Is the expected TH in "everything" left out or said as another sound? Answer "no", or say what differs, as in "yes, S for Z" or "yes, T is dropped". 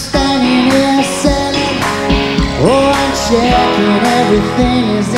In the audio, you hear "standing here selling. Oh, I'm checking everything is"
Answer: no